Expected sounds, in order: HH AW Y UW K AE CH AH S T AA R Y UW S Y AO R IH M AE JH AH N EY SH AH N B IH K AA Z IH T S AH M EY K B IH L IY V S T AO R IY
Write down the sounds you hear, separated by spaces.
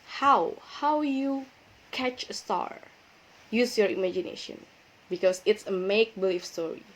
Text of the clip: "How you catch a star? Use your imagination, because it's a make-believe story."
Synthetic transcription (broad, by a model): HH AW Y UW K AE CH AH S T AA R Y UW S Y AO R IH M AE JH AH N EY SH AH N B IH K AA S IH T S AH M EY K B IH L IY F S T AO R IY